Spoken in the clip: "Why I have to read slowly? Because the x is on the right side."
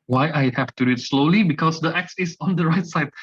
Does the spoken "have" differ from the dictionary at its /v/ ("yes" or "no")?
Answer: yes